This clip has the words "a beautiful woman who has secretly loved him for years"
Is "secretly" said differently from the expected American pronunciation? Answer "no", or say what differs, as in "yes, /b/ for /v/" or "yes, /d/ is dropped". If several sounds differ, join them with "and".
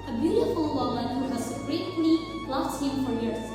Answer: yes, /n/ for /l/